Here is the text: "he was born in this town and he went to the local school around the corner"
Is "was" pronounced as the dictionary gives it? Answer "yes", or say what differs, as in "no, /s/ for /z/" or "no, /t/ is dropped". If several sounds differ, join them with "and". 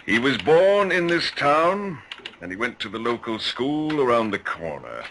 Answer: yes